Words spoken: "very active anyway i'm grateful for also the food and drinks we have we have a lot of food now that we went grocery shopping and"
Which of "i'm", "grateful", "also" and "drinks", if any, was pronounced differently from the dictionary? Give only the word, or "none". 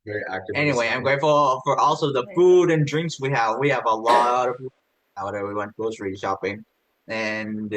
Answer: none